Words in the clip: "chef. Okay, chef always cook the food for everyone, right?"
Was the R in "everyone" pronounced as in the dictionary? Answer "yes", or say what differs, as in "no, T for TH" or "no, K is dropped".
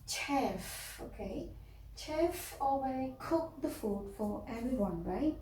yes